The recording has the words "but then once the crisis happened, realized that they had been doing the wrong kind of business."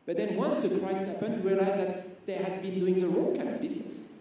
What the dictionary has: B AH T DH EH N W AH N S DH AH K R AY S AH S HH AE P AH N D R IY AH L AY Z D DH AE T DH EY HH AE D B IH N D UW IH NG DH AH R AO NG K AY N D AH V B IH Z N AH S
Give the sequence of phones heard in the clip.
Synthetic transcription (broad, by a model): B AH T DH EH N W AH N S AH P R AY AH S HH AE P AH N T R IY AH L AY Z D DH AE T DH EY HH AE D B IH N D UW IH NG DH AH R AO K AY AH P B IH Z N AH S